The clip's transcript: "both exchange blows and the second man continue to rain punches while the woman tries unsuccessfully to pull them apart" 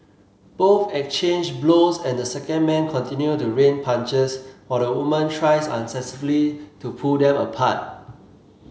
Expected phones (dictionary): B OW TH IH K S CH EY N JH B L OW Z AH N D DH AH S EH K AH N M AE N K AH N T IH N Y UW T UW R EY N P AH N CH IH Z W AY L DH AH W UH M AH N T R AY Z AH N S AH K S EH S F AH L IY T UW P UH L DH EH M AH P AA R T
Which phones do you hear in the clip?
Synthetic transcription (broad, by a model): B OW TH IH K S CH EY N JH B L OW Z AH N D AH S EH K AH N M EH N K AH N T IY N Y UW T UW R EY N P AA N CH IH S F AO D AH W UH M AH N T R AY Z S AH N S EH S AH L IY T UW P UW L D EH M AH P AA T